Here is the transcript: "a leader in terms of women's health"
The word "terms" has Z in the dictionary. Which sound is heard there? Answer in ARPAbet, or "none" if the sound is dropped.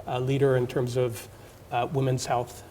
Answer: Z